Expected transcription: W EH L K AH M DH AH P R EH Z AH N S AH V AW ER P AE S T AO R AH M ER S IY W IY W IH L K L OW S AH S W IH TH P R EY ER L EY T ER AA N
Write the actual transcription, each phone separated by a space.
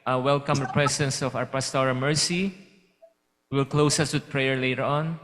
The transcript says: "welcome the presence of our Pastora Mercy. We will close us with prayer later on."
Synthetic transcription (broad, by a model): W EH L K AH M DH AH P R EH S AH N S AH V AW ER P AE S T AO R AH M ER S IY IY W IH L K L OW S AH S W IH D P R EY ER L EY T ER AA N